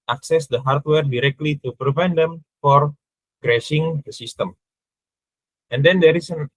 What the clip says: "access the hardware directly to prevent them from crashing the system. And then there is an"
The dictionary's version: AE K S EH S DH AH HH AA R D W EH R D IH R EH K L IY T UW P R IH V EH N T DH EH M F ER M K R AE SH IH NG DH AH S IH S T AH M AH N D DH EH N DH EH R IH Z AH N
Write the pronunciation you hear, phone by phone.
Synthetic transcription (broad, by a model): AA K S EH S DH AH HH AA R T W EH R D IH R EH K L IY T UW P R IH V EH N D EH M F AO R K R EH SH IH NG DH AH S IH S T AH M AH N D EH N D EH R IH S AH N